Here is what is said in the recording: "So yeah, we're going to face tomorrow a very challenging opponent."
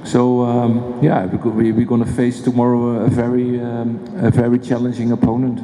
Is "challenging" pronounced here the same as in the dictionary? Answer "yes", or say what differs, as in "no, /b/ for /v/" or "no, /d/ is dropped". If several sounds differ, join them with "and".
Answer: yes